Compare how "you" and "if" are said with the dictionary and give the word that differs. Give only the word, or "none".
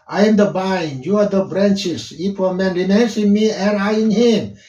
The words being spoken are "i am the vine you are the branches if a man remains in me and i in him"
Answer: if